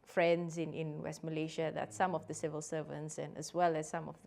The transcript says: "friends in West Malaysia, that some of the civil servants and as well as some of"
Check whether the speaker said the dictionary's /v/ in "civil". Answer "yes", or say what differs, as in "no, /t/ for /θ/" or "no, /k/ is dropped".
yes